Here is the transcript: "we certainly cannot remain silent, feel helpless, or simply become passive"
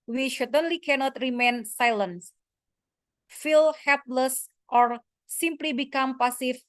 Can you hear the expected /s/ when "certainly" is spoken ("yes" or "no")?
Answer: no